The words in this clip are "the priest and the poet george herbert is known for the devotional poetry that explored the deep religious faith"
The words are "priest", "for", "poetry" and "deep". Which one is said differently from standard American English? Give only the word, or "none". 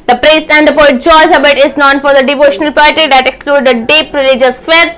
poetry